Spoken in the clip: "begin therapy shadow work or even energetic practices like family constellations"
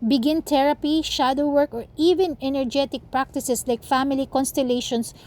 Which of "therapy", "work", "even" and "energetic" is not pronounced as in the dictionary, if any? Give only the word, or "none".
therapy